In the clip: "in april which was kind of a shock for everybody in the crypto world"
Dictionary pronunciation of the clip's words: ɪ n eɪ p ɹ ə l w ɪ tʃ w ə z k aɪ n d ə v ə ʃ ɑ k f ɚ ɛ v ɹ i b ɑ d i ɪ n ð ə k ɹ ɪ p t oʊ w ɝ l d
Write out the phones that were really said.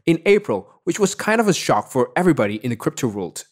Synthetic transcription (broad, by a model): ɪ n eɪ p ɹ ə l w ɪ tʃ w ə z k aɪ n d ə v ə ʃ ɑ k f ɚ ɛ v ɹ i b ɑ d i ɪ n ð ə k ɹ ɪ p t oʊ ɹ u l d